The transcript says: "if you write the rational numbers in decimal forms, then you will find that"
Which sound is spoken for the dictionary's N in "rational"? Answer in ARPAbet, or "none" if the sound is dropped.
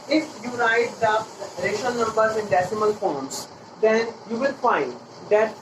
none